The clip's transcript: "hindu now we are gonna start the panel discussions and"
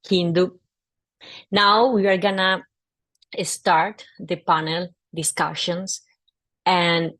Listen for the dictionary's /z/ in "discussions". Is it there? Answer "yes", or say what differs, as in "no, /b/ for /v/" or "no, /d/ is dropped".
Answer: no, /s/ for /z/